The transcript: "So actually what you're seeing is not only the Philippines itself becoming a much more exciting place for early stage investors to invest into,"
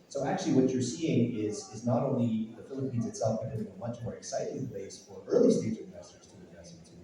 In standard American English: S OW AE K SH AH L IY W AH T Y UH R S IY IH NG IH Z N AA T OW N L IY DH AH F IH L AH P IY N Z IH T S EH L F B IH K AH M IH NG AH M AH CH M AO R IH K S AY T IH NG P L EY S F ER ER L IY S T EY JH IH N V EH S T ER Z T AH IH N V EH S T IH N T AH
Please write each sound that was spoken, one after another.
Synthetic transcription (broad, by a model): S OW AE K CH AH L IY W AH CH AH R S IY IH NG IH Z N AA T OW N L IY DH AH F IH L AH P IY N Z IH T S EH L F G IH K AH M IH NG AH M AH CH M AO R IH K S AY T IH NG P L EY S F ER ER L IY S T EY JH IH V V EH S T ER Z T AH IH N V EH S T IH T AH